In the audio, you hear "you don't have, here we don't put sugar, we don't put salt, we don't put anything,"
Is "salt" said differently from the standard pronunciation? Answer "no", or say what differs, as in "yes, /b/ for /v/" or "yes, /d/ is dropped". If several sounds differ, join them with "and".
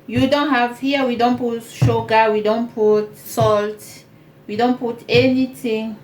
no